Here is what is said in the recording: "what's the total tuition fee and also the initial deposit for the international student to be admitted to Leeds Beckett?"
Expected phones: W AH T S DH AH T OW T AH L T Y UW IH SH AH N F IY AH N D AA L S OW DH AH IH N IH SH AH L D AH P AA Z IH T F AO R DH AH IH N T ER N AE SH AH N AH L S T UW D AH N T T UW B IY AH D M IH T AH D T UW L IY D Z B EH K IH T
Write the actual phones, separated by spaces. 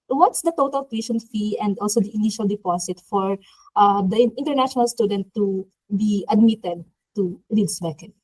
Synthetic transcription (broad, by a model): W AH T S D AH T OW T AH L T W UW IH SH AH N F IY AH N D AA L S OW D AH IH N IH SH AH L D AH P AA S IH T F AO R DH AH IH N T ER N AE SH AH N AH L S T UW D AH N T T UW B IY AH D M IH T AH D T UW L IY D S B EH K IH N